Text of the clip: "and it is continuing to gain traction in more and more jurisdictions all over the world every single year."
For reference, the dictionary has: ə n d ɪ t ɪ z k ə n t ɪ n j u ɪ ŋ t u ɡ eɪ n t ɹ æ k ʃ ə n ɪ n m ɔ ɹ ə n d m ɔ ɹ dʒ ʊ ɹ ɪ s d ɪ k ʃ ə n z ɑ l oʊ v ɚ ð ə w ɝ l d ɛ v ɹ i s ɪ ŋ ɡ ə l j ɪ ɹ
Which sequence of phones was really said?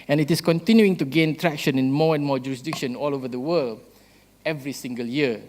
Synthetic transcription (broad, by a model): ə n ɪ t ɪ s k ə n t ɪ n j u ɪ ŋ t u ɡ eɪ n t ɹ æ k ʃ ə n ɪ n m ɔ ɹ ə n m ɔ dʒ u ɹ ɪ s d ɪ k ʃ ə n ɑ l oʊ v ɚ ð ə w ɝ l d ɛ v ɹ i s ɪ ŋ ɡ ə l j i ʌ